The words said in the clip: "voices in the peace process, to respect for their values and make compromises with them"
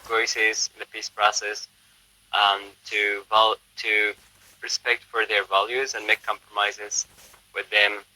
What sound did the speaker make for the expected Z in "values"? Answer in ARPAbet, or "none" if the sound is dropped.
Z